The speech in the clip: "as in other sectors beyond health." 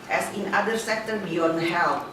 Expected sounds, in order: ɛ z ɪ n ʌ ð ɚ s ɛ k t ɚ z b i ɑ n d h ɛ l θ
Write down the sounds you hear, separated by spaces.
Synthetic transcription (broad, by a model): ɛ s ɪ n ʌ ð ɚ s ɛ k t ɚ b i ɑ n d h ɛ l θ